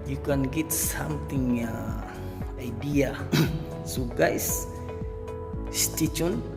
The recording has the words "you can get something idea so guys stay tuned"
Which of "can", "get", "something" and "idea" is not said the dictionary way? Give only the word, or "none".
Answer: something